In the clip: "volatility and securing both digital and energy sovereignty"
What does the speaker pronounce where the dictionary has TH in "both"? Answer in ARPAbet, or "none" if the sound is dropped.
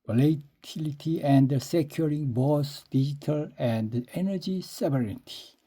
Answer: S